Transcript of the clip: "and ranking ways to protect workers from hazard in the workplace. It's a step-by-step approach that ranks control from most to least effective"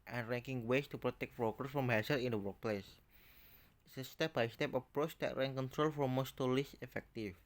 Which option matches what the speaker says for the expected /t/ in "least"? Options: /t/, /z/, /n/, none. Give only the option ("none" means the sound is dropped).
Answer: none